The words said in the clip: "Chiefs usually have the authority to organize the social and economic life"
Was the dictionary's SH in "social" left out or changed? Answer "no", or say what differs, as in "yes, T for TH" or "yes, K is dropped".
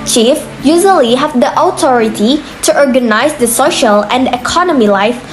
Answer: no